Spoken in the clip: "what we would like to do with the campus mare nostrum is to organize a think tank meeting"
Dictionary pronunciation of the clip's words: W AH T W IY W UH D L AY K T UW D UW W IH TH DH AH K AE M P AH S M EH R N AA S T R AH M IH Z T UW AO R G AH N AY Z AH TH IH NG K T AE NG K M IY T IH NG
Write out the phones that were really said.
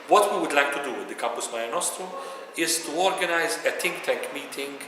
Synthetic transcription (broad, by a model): W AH T W IY W UH D L AY K T UW D UW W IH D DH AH K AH M P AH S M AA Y N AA S T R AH IH Z T UW AO R G AH N AY Z AH T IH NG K T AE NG K M IY T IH NG